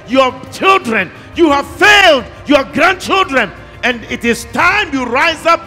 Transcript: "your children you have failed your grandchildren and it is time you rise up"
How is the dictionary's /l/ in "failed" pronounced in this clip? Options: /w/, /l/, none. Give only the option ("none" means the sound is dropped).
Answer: /l/